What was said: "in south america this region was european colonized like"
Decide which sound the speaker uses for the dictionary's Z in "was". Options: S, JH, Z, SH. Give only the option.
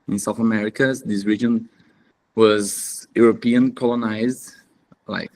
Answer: Z